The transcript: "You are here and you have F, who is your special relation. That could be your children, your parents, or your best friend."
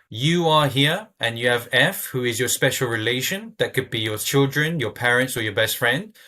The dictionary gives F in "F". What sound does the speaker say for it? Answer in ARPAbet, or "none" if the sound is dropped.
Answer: F